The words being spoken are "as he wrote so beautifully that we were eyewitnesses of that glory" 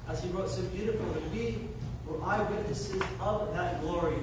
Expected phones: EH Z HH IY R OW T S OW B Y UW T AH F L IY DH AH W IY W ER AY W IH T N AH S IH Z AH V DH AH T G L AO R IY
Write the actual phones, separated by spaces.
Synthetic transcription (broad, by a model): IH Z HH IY R OW T S OW B Y UW T AH F L IY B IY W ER AY W IH T N AH S IH Z AH V DH AH T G L AO R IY